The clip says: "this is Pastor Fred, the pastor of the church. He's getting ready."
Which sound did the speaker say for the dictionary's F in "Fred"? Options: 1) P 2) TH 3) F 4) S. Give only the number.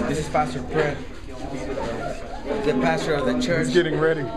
1